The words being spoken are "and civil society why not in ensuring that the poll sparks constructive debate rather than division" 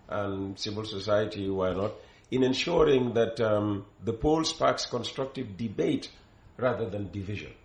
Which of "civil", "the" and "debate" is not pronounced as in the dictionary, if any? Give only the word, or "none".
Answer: none